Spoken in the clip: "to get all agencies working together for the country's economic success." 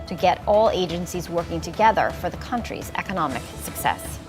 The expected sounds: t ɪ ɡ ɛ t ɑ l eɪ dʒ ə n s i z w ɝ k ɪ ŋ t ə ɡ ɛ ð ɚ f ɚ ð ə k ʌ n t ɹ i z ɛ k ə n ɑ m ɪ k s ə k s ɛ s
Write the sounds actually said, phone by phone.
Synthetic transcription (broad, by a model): t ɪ ɡ ɛ t ɑ l eɪ dʒ ə n s i z w ɝ k ɪ ŋ t ə ɡ ɛ ð ɚ f ɚ ð ə k ʌ n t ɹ i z ɛ k ə n ɑ m ɪ k s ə k s ɛ s